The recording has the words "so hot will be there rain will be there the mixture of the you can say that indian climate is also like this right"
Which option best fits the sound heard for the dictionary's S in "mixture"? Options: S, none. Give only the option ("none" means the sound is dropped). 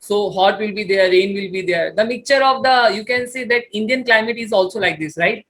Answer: none